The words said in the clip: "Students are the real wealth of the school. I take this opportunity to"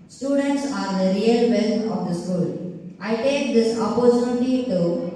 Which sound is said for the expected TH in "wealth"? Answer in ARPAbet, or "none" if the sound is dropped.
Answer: T